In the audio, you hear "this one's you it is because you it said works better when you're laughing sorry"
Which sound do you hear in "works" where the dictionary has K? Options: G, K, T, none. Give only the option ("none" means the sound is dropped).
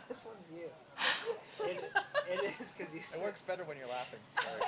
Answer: K